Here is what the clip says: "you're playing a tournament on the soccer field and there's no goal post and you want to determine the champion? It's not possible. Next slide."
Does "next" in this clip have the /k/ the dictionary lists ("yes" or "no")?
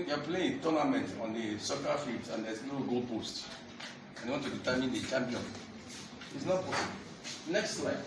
yes